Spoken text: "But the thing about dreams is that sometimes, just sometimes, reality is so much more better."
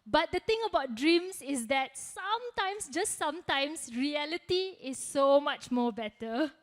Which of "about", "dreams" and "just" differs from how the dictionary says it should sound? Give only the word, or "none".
dreams